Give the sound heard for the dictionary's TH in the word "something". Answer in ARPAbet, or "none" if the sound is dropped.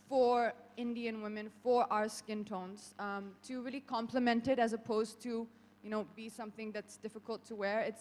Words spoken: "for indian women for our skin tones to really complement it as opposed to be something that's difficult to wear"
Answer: TH